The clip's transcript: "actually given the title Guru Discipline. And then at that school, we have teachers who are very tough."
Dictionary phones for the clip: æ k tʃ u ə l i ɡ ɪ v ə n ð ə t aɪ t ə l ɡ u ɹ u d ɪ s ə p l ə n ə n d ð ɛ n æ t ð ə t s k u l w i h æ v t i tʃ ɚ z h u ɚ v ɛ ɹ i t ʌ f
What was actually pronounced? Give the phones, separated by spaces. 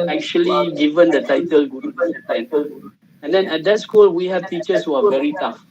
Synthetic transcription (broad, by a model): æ k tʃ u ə l i ɡ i v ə n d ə t aɪ t ə l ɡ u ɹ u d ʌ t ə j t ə l ə n d ɛ n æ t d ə t s k u l w i h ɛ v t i tʃ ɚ s h u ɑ v ɛ ɹ i t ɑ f